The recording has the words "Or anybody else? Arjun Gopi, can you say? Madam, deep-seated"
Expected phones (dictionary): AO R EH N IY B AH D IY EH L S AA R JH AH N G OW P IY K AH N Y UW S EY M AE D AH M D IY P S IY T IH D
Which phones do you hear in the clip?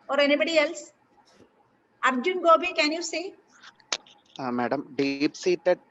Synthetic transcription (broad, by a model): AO R EH N IY B AH D IY EH L S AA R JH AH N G OW B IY K AH N Y UW S EY M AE D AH M D IY P S IY T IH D